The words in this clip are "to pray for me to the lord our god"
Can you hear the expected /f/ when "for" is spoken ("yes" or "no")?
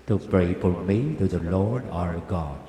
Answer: no